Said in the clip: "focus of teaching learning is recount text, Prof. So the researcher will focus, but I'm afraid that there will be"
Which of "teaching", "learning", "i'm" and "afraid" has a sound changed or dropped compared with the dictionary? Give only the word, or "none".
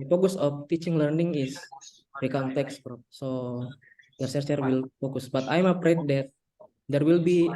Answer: afraid